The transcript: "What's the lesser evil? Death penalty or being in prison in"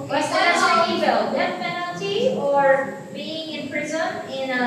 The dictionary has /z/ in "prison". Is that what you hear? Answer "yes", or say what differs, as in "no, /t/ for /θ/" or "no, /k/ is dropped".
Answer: yes